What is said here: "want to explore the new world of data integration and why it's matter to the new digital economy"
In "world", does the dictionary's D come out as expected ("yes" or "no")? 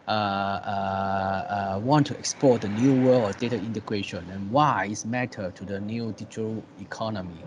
no